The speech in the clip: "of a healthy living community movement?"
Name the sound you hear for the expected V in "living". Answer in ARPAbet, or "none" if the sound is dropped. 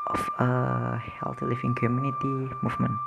F